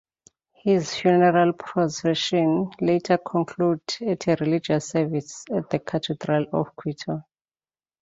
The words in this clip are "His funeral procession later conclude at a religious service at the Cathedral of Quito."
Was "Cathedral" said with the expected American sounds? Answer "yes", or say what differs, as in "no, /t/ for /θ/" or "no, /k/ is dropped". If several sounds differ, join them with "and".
no, /t/ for /θ/